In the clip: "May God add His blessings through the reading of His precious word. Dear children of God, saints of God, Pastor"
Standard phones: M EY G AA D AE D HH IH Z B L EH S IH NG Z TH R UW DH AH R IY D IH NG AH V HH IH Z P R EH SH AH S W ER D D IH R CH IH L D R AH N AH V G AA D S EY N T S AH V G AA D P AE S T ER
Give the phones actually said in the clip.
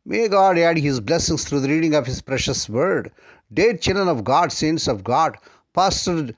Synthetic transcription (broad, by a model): M EY G AA D AE D HH IH Z B L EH S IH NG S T R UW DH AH R IY D IH NG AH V HH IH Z P R EH SH AH S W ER D D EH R CH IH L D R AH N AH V G AA D S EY N S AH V G AA D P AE S T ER